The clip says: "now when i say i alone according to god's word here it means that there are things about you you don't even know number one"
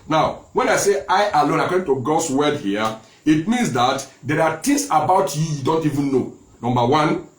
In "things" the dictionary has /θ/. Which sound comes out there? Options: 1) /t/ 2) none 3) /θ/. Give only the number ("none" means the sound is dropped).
1